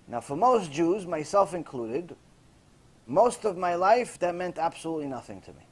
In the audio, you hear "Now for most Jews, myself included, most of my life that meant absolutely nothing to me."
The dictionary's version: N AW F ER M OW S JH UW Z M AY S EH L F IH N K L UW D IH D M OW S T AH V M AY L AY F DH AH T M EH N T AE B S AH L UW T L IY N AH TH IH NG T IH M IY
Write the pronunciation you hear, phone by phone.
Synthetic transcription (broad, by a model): N AW F ER M OW S JH UW Z M AY S EH L F IH N K L UW D IH D M OW S T AH V M AY L AY F DH AH T M EH N T AE B S AH L UW T L IY N AH TH IH NG T IH M IY